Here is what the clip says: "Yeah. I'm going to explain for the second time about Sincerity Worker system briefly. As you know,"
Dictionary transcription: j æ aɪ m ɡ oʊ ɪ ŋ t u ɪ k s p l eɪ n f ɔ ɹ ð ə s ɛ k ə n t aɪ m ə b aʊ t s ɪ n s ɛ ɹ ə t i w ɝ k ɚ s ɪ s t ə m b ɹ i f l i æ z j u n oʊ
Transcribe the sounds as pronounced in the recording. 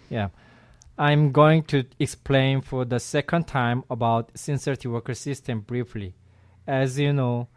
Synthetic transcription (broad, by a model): j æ aɪ m ɡ oʊ ɪ ŋ t u ɪ k s p l eɪ n f ɔ ɹ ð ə s ɛ k ə n t aɪ m ə b aʊ t s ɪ n s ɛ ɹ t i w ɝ k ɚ s ɪ s t ə m b ɹ i f l i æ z j u n oʊ